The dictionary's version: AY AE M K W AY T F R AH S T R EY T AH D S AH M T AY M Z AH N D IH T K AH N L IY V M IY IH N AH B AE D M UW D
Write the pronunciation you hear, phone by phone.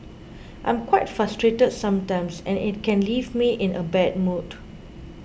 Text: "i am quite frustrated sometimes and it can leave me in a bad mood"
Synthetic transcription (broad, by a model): AY M K W AY T F R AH S T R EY T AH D S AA M T AY M S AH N IH T K AH N L IY V M IY IH N AH B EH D M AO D